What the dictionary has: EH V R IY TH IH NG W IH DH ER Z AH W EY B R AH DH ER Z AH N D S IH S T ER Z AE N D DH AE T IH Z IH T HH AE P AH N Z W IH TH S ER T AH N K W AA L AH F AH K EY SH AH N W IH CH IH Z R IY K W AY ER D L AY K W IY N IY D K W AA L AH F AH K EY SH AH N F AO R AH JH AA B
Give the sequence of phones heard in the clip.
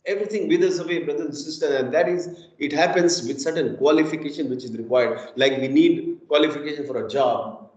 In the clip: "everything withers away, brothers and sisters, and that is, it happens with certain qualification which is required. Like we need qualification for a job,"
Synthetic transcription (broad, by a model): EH V R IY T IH NG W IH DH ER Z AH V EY B R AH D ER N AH S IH S T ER AE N D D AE T IH Z IH T HH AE P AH N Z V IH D S ER T AH N K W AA L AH F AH K EY SH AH N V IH CH IH Z R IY K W AY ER D L AY K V IY N IY D K W AA L AH F AH K EY SH AH N F AO R AH JH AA B